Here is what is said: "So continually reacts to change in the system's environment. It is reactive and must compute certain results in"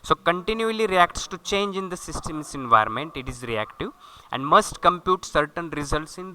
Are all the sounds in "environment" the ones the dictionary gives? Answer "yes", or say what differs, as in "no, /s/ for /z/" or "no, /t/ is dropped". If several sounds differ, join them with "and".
yes